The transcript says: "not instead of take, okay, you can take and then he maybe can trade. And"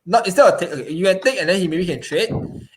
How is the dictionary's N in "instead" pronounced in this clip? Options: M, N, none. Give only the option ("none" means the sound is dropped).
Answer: none